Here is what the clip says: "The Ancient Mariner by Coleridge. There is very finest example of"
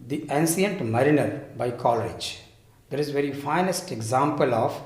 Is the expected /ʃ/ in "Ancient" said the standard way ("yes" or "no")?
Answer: no